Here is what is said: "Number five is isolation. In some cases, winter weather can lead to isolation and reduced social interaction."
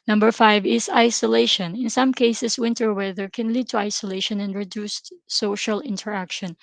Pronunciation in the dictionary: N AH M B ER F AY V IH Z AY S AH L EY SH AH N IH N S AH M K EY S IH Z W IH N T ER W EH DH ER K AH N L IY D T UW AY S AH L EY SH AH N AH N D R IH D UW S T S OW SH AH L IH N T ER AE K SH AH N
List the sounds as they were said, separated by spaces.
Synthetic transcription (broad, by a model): N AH M B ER F AY V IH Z AY S AH L EY SH AH N IH N S AH M K EY S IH S W IH N T ER W EH DH ER K AH N L IY D T UW AY S AH L EY SH AH N AH N D R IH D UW S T S OW SH AH L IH N T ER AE K SH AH N